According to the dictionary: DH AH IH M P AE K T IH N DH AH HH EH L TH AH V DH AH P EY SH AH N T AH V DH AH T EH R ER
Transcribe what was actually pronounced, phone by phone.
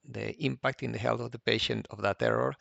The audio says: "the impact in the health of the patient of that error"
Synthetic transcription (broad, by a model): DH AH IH M P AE K T IH N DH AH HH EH L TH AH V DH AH P EY SH AH N T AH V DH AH T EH R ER